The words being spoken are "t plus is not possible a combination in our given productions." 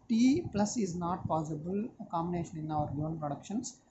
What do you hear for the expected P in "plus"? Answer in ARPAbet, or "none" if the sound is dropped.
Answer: P